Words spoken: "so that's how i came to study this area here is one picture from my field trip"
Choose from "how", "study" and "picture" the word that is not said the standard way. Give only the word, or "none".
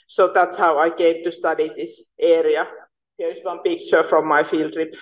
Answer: none